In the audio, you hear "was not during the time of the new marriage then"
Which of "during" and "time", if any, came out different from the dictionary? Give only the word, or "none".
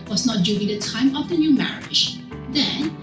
during